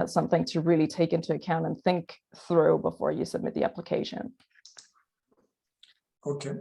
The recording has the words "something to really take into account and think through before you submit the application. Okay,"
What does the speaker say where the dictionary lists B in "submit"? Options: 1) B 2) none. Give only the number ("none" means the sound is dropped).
1